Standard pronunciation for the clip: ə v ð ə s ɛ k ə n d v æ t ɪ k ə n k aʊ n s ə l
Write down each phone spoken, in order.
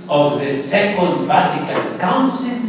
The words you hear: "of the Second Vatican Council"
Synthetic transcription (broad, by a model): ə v ð ə s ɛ k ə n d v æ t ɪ k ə l k aʊ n s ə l